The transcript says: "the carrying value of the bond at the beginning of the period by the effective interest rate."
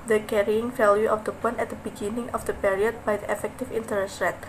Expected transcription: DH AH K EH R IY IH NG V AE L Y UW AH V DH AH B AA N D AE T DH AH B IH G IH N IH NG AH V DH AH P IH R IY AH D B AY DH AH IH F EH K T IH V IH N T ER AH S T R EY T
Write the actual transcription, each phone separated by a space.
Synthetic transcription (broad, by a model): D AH K EH R IY IH NG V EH L Y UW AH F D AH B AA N EH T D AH B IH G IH N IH NG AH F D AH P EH R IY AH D B AY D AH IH F EH K T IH F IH N T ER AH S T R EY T